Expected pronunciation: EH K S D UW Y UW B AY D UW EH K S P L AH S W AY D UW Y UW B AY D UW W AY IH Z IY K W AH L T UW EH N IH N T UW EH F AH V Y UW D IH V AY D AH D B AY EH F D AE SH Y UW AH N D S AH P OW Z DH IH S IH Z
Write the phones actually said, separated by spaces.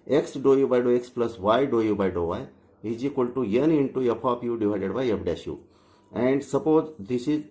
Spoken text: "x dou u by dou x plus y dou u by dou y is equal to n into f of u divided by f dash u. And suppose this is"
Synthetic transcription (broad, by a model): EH K S D UW Y UW B AY D UW EH K S P L AH S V AY D UW Y UW B AY D UW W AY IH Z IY K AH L T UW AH N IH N T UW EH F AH P Y UW D IH V AY D AH D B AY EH P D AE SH Y UW AH N D S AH P OW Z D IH S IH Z